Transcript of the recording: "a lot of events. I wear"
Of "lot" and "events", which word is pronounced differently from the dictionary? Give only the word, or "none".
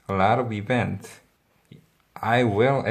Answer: events